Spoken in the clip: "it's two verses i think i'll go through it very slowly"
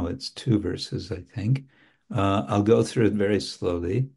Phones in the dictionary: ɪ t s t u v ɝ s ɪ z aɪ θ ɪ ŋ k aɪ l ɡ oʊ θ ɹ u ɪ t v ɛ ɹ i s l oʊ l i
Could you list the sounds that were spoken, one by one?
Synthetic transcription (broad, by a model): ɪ t s t u v ɝ s ɪ z aɪ θ ɪ ŋ k aɪ l ɡ oʊ θ ɹ u ɪ t v ɛ ɹ i s l oʊ l i